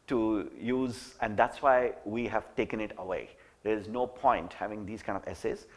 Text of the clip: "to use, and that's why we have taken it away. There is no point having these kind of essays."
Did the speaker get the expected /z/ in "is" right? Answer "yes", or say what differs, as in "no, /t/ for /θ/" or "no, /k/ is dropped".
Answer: yes